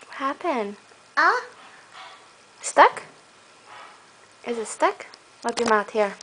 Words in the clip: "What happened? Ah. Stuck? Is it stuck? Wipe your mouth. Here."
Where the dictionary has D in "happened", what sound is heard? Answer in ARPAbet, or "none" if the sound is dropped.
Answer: none